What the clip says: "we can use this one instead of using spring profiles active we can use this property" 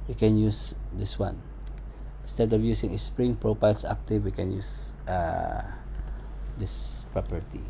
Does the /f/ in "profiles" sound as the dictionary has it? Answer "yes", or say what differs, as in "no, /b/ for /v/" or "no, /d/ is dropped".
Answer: no, /p/ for /f/